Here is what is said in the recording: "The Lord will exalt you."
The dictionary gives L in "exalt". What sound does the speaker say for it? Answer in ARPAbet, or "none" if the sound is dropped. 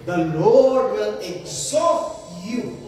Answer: none